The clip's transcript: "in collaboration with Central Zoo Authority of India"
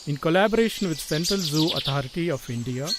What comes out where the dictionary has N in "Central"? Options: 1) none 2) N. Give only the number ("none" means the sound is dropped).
2